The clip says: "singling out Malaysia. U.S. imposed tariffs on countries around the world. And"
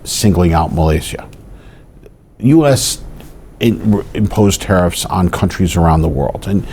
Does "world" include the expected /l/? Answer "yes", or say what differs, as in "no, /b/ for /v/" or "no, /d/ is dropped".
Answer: yes